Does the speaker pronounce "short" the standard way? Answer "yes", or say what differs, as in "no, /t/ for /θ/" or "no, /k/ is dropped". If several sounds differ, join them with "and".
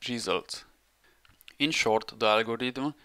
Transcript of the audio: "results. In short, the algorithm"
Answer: yes